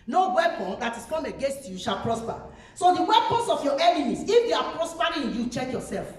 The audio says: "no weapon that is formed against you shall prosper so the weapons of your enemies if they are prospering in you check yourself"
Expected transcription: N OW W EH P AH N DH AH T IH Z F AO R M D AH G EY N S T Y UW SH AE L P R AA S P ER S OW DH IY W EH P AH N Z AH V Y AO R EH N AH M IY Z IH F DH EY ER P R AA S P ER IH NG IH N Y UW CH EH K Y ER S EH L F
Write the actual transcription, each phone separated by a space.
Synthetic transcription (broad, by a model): N OW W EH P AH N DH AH T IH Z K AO M AH G EY N S T Y UW SH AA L P R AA S P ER S OW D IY W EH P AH N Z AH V Y AO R EH N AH M IY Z IH F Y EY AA P R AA S P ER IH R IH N Y UW CH EH K Y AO S EH L F